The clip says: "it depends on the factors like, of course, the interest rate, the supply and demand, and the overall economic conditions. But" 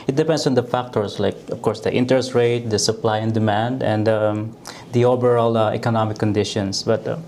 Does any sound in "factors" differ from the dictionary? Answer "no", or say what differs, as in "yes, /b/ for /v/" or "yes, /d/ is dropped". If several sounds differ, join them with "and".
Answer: yes, /s/ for /z/